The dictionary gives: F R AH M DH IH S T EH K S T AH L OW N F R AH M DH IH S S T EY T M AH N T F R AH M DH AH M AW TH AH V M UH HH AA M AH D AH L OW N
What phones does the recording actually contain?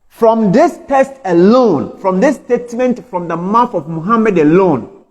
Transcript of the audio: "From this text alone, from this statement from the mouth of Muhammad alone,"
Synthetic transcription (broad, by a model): F R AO M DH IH S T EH S T AH L OW N F R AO M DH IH S S T EY T M AH N T F R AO M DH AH M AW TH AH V M UH HH AA M AH D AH L OW N